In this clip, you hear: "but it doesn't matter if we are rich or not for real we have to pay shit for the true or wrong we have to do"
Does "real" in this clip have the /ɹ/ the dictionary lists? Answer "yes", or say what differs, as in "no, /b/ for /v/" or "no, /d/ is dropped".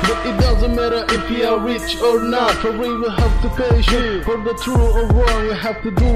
no, /w/ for /ɹ/